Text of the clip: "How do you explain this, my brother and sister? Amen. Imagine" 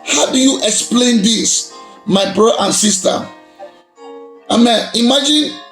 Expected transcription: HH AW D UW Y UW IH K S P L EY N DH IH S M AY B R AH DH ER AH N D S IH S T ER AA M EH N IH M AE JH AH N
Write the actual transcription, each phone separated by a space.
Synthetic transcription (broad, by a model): HH AW D UW Y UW IH K S P L EY N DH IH S M AY B R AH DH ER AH N S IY S T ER AA M EH N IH M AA JH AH N